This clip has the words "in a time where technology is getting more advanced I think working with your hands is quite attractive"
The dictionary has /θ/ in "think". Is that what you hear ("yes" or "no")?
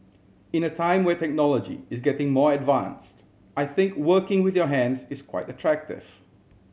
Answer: yes